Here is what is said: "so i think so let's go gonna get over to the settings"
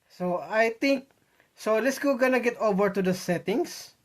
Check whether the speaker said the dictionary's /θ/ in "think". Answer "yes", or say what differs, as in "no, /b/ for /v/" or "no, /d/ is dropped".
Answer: no, /t/ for /θ/